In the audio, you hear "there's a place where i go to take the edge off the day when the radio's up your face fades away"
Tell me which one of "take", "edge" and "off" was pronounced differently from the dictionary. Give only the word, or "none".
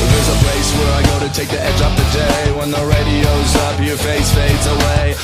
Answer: off